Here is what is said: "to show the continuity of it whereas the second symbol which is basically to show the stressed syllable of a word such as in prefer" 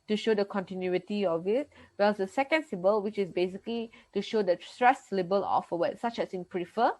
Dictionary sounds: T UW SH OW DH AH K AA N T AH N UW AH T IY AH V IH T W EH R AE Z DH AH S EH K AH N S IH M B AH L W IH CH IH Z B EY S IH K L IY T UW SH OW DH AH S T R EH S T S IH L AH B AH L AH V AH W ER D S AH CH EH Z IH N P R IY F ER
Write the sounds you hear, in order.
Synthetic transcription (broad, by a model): T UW SH OW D AH K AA N T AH N UW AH T IY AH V IH T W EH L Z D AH S EH K AH N S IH B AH L W IH CH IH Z B EY S IH K L IY T UW SH OW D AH S T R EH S S L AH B AH L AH F AH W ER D S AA CH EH S IH N P R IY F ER